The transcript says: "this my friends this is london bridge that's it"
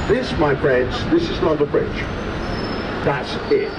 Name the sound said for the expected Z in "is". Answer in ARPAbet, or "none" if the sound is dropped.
Z